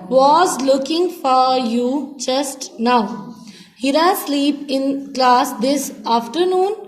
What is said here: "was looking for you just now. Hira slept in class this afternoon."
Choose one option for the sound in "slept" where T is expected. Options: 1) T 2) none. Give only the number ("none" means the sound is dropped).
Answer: 2